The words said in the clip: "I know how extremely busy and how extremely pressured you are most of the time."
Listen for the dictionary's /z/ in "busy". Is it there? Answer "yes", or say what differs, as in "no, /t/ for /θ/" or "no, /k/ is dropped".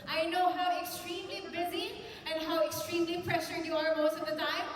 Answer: yes